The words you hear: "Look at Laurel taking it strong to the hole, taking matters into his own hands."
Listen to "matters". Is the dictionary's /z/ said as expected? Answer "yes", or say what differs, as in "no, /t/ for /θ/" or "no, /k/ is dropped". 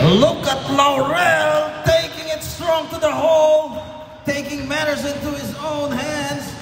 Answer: yes